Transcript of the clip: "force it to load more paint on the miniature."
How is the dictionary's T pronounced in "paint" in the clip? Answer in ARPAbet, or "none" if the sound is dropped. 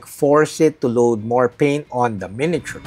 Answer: none